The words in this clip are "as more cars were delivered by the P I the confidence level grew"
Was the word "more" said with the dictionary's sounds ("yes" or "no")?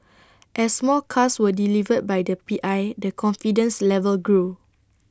no